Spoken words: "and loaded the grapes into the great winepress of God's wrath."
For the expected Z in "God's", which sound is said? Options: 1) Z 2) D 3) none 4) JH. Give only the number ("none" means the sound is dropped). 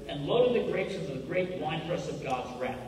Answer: 1